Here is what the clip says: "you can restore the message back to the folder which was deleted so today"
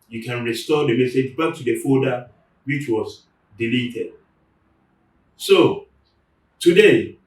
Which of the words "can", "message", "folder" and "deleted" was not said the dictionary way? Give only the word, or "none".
folder